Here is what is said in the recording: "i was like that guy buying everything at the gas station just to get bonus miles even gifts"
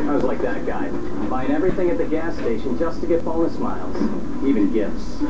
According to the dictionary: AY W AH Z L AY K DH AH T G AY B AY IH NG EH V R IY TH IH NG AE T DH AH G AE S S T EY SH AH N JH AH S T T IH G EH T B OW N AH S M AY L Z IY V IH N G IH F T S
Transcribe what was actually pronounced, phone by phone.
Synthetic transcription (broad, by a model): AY W AH Z L AY K DH AH T G AY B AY IH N EH V R IY TH IH NG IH T DH AH G AE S S T EY SH AH N JH AH S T T IH G EH T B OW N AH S M AY L Z IY V IH N G IH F T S